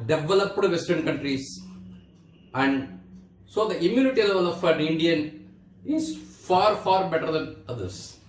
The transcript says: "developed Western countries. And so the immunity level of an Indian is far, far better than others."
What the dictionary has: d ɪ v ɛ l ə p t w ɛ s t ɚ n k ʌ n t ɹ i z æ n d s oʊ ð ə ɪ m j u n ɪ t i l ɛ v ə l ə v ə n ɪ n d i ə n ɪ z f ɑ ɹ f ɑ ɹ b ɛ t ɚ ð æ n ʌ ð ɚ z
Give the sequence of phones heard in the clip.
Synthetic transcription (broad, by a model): d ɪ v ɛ l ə p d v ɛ s t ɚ n k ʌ n t ɹ i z æ n d s oʊ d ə ɪ m j u n ɪ t i l ɛ v ə l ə f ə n ɪ n d i ə n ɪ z f ɑ ɹ f ɑ ɹ b ɛ t ɚ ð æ n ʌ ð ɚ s